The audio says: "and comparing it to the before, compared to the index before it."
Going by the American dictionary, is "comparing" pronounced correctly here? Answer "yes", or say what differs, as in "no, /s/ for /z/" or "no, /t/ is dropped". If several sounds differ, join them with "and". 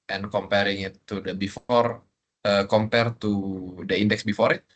yes